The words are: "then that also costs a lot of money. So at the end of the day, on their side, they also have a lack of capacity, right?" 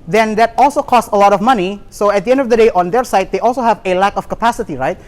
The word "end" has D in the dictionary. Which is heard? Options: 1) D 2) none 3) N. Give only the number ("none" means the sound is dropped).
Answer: 1